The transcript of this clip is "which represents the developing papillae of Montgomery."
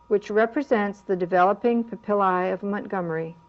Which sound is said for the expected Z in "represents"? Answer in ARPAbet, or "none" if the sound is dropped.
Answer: Z